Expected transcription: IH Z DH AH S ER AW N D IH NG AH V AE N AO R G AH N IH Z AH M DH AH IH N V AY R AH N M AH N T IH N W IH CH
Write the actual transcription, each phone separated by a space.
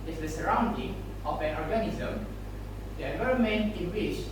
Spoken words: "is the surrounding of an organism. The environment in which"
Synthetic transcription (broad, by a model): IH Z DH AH S ER AW N D IH NG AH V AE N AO R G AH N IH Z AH M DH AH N AY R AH M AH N IH N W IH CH